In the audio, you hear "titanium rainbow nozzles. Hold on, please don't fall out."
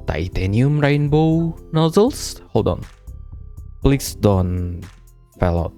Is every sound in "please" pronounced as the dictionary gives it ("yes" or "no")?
no